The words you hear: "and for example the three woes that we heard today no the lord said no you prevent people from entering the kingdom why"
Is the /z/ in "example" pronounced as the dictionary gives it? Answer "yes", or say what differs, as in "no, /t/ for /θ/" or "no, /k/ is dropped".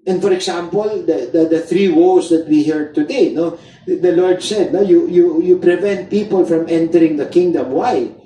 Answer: no, /s/ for /z/